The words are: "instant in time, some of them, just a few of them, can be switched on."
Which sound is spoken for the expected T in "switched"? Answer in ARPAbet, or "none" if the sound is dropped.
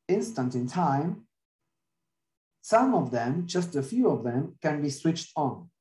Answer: T